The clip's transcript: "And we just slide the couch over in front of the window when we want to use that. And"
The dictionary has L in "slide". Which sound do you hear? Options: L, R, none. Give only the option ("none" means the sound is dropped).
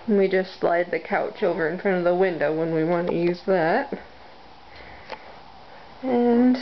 L